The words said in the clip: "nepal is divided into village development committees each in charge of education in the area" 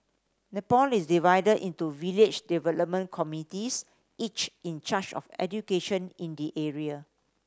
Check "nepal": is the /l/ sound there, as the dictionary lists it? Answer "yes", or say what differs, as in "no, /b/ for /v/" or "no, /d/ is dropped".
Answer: yes